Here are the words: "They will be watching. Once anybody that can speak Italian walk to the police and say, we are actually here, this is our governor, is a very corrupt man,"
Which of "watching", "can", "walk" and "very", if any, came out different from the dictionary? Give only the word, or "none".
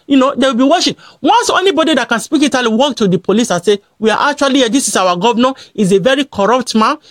watching